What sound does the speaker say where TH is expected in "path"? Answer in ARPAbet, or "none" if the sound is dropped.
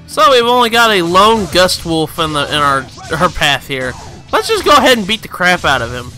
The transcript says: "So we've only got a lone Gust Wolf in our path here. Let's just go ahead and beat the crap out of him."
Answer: TH